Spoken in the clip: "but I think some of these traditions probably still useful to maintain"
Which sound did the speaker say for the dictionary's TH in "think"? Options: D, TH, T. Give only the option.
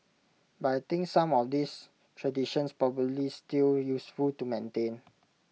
T